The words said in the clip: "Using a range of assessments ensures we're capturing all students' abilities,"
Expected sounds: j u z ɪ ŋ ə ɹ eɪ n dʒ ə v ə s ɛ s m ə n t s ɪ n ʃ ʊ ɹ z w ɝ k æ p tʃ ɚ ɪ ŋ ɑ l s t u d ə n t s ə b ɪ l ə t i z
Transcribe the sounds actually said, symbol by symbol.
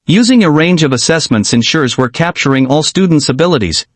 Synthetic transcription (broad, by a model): j u z ɪ ŋ ə ɹ eɪ n dʒ ə v ə s ɛ s m ə n t s ɪ n ʃ ʊ ɹ z w ɝ k æ p tʃ ɚ ɪ ŋ ɑ l s t u d n t s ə b ɪ l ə t i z